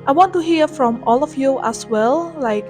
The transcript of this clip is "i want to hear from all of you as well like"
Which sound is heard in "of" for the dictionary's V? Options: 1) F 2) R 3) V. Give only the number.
1